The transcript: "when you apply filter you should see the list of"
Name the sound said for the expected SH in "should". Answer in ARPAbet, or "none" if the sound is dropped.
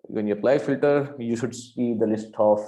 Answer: SH